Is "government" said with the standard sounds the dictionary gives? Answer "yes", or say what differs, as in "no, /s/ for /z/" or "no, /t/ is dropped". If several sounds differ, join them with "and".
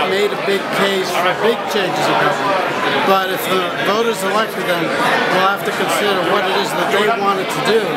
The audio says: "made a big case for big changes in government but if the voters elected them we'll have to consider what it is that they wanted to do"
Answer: no, /n/ is dropped